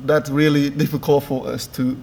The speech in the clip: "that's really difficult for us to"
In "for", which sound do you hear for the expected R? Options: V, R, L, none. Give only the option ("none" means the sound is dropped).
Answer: L